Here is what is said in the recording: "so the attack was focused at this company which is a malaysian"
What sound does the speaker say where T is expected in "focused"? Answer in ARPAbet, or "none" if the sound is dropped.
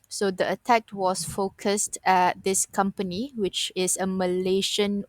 T